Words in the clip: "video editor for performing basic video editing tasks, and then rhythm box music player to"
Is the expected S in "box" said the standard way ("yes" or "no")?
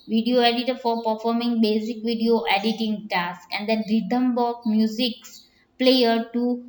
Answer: no